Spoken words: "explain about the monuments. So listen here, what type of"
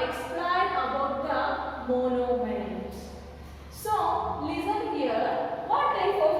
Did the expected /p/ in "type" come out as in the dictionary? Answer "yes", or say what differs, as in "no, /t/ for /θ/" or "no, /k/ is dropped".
no, /f/ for /p/